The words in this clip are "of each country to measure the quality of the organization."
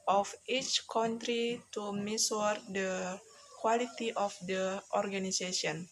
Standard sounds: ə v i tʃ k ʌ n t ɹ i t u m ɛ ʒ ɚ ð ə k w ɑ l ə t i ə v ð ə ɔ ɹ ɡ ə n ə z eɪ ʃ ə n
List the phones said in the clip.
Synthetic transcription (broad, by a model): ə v i tʃ k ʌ n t ɹ i t u m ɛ s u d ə k w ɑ l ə t i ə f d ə ɔ ɹ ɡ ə n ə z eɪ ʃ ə n